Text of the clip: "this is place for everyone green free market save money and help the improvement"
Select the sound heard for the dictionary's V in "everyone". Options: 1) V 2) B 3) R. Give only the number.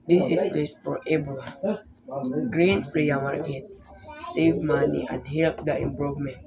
2